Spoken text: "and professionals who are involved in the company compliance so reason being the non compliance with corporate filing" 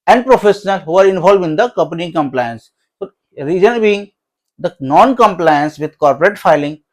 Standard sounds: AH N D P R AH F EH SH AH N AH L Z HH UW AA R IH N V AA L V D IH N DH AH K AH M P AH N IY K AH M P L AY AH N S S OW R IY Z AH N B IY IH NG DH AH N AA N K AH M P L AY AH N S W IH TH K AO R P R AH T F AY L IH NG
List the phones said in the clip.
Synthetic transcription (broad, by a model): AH N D P R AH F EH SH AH N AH L HH UW AA R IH N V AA L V IH N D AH K AH M P AH N IY K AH M P L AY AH N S S OW R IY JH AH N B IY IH NG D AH N AA N K AH M P L AY AH N S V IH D K AO R P R AH T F AY L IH NG